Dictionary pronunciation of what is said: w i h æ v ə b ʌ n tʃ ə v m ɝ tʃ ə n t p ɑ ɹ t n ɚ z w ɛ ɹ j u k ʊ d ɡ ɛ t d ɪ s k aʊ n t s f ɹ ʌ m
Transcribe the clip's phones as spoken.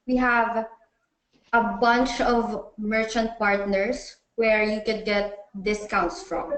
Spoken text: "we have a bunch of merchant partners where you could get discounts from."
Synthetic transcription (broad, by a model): w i h æ v ə b ʌ n tʃ ə v m ɝ tʃ ə n t p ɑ ɹ t n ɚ s w ɛ ɹ j u k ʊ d ɡ ɛ t d ɪ s k aʊ n t s f ɹ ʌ m